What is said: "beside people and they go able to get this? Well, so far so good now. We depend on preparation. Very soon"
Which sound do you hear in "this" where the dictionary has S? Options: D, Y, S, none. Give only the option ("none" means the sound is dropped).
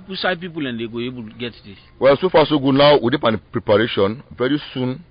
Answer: none